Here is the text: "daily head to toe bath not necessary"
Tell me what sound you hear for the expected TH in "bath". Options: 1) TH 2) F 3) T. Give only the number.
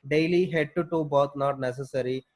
3